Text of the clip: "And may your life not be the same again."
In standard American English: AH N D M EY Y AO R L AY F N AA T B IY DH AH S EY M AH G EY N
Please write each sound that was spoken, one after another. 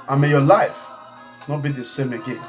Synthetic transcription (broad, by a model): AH M EY Y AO L AY F N AA T B IY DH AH S EY M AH G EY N